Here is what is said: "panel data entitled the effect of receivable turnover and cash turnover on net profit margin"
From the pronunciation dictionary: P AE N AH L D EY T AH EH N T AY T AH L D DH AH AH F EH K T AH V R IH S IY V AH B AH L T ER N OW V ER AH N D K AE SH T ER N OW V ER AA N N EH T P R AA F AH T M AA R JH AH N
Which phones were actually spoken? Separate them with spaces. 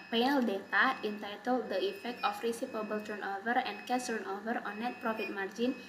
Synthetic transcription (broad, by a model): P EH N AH L D EY T AH EH N T AY T AH L D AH AH F EH K T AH F R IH S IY P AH B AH L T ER N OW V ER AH N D K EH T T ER N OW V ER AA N N EH T P R AA F AH T M AA R JH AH N